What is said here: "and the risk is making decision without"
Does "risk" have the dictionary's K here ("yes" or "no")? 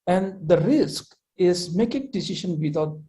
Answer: yes